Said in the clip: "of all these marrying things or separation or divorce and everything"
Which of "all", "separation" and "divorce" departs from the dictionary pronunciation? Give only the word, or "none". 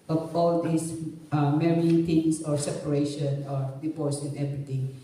divorce